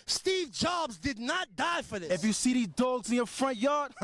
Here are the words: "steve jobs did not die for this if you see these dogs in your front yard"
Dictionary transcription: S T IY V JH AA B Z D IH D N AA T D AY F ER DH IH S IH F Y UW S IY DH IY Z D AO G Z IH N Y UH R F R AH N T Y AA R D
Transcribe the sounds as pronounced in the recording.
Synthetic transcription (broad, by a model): S T IY V JH AA B Z D IH D N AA T D AY F ER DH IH IH F Y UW S IY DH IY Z D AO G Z IH N Y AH R F R AH N T Y AA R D